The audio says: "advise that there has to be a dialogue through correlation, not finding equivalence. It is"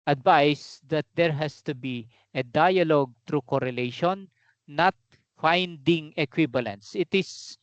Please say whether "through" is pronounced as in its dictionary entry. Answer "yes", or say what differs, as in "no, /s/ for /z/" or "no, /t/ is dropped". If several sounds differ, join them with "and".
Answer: no, /t/ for /θ/